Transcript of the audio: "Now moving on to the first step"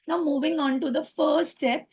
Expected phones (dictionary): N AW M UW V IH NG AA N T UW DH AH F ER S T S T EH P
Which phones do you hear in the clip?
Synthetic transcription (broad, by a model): N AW M UW V IH NG AA N T UW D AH F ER T S T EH P